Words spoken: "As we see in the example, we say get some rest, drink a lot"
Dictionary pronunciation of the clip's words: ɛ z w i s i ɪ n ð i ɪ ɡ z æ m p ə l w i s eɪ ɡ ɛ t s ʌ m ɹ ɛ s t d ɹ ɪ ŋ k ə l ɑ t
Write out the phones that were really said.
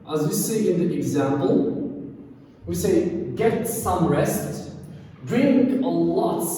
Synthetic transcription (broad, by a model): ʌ z w i s i ɪ n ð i ɪ ɡ z æ m p ə l w i s eɪ ɡ ɛ t s ʌ m ɹ ɛ s t d ɹ ɪ ŋ k ə l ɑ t